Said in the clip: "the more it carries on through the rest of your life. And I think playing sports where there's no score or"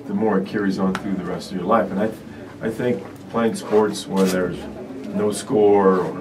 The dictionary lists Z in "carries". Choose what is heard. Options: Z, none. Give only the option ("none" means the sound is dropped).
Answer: Z